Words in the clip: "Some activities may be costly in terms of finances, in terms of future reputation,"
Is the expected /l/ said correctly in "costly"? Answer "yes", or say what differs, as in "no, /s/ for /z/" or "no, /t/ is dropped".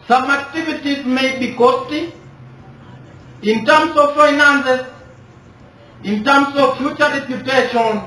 no, /l/ is dropped